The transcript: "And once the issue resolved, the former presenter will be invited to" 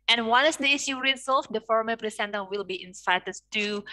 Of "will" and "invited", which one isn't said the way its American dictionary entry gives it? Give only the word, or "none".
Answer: invited